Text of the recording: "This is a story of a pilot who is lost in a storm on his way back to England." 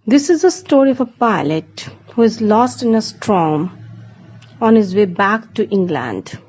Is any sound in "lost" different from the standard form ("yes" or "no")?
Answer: no